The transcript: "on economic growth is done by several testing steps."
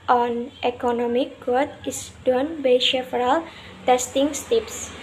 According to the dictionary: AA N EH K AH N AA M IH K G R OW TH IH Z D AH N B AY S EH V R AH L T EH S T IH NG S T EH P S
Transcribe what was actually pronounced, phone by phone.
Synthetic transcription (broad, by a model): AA N EH K AH N AA M IH K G OW T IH S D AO N B AY SH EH F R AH L T EH S T IH NG S T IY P S